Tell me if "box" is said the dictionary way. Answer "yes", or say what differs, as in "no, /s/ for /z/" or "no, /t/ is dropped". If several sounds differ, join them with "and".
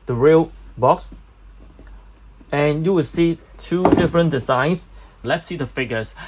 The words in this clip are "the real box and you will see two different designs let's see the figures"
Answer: yes